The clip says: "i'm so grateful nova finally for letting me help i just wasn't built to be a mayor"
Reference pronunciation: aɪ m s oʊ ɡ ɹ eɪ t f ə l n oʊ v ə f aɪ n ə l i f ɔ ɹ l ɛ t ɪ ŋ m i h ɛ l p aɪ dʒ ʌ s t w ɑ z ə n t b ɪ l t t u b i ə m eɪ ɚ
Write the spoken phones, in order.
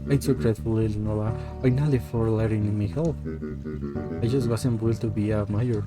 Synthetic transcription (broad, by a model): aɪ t s oʊ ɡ ɹ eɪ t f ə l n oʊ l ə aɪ n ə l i f ɔ ɹ l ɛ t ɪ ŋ m i h ɛ l p aɪ dʒ ʌ s t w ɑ s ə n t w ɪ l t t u b i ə m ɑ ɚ